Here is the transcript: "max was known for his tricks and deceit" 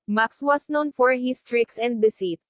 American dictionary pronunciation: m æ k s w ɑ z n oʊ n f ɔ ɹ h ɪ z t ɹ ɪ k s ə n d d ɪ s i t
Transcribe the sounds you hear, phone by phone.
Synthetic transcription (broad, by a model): m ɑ k s w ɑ s n oʊ n f ɔ ɹ h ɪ s t ɹ ɪ k s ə n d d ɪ s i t